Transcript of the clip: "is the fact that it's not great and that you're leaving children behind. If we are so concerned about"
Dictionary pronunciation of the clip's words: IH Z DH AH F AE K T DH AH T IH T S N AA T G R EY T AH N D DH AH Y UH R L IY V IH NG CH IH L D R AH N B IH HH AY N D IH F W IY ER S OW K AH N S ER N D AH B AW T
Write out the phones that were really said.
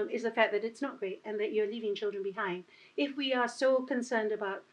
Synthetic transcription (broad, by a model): IH Z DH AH F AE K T DH AH T IH T S N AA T G R EY T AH N DH AH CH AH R L IY V IH NG CH IH L D R AH N B IH HH AY N D IH F W IY ER S OW K AH N S ER N D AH B AW T